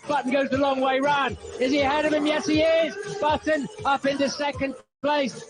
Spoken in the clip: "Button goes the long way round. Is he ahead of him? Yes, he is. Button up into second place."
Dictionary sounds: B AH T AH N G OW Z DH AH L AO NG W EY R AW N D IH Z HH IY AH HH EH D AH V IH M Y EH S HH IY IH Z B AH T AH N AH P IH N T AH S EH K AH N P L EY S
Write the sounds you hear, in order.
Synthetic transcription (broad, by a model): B AH T N G OW Z DH AH L AO NG W EY R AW N IH Z IY AH HH EH D AH V IH M Y EH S HH IY IH Z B AH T N AH P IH N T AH S EH K AH N P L EY S